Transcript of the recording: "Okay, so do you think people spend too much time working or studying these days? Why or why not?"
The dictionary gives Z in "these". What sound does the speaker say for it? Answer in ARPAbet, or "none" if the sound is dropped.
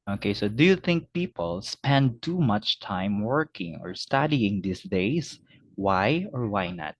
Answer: S